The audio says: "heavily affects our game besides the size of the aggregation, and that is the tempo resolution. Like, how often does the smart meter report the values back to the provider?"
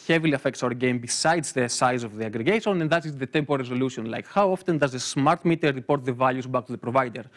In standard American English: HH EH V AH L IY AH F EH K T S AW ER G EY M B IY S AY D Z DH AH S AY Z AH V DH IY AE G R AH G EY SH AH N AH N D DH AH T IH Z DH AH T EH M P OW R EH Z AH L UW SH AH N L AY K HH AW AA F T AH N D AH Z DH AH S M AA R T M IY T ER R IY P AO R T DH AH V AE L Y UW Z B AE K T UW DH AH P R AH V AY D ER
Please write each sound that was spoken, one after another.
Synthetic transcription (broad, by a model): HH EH V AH L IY AH F EH K T S AW ER G EY M B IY S AY D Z DH AH S AY Z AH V DH IY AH G R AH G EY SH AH N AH N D DH AH T IH Z DH AH T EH M P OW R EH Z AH L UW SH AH N L AY K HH AW AA F T AH N D AH Z DH AH S M AA R T M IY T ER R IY P AO R T DH AH V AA L Y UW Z B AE K T UW DH AH P R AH V AY D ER